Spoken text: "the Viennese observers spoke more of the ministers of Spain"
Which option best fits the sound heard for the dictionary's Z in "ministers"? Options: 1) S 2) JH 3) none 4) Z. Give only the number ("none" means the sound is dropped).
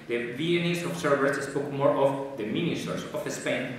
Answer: 1